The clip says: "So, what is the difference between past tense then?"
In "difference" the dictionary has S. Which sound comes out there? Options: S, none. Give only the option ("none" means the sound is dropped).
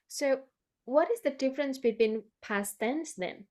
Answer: S